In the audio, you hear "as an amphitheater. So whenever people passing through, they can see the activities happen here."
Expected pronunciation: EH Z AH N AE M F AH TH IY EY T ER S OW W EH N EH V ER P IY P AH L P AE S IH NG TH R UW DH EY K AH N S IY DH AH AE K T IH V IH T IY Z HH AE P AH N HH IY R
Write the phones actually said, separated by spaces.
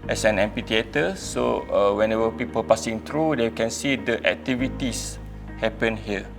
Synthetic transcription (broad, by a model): EH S AH N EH M P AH T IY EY T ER S OW W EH N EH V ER P IY P AH L P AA S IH NG T R UW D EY K AH N S IY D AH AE K T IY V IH T IY S HH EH P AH N HH IY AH